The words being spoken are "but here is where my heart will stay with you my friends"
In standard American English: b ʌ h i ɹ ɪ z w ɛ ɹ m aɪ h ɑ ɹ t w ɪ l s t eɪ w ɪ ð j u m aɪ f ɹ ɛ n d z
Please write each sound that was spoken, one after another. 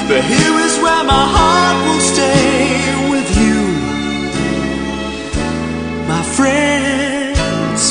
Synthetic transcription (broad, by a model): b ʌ h i ɹ ɪ z w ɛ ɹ m aɪ h ɑ ɹ t w ɪ l s t eɪ w ɪ ð j u m aɪ f ɹ ɛ n d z